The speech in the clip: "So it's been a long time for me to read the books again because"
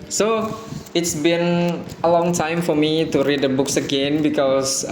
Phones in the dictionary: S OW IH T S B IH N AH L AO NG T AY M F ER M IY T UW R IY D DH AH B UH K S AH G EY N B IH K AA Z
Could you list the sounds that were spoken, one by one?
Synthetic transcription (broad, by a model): S OW IH T S B IH N AH L AO NG T AY M F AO M IY T UW R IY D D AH B UH K S AH G EY N B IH K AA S